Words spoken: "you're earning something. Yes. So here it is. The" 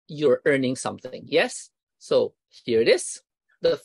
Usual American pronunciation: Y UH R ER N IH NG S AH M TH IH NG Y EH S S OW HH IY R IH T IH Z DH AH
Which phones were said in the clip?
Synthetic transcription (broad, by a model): Y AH R ER N IH NG S AH M TH IH NG Y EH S S OW HH IY R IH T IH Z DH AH